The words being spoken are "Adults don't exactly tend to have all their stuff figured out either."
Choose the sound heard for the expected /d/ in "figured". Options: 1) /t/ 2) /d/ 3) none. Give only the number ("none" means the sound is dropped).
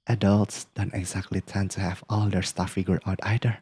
3